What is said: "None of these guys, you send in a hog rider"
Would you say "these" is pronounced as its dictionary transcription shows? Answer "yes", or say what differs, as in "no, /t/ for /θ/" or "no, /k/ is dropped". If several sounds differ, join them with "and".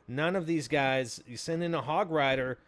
yes